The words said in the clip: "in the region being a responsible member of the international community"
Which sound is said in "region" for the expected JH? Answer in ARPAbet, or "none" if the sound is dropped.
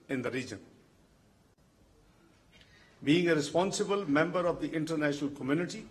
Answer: JH